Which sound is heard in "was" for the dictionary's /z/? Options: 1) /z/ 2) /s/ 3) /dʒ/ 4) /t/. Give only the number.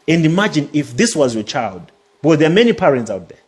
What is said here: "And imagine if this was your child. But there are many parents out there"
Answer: 1